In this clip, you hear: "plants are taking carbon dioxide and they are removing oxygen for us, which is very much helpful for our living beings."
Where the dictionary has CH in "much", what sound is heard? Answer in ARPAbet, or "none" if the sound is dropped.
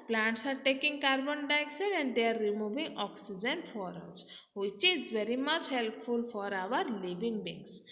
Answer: CH